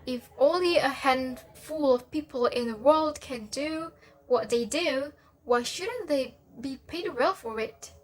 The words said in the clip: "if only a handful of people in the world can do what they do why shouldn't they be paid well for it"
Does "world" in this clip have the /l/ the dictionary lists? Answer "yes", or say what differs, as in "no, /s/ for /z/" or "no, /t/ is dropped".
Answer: yes